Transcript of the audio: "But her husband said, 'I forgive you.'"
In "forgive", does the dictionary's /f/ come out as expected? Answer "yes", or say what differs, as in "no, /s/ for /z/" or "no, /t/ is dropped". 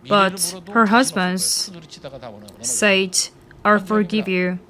yes